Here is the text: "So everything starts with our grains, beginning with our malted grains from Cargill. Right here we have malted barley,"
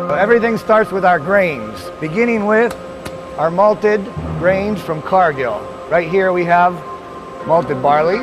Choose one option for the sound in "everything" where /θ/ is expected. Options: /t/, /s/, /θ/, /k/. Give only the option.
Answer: /θ/